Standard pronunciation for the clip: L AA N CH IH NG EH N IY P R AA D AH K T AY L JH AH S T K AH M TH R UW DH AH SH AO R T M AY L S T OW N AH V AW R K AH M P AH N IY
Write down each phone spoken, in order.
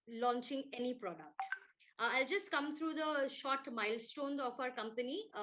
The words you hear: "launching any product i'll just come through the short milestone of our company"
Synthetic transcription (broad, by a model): L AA N CH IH NG EH N IY P R AA D AH K T AY L JH AH S T K AH M T R UW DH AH SH AO R T M AY L S T OW N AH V AW R K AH M P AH N IY